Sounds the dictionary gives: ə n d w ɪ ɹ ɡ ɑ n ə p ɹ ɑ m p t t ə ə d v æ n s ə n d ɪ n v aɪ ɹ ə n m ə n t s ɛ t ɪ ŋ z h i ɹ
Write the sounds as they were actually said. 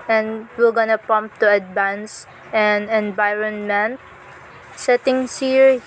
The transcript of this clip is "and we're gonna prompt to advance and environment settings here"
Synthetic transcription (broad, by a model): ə n d w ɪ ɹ ɡ ɑ n ə p ɑ m p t t ə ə d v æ n s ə n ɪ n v aɪ ɹ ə n m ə n t s ɛ t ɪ ŋ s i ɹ